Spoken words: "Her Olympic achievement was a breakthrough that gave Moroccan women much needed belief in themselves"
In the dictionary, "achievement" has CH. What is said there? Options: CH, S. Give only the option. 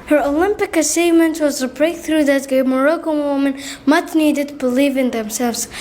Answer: S